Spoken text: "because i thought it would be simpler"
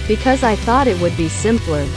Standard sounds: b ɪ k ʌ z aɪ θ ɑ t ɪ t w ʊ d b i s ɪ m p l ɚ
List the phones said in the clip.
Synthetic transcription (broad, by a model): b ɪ k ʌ z aɪ θ ɑ t ɪ t w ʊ d b i s ɪ m p l ɚ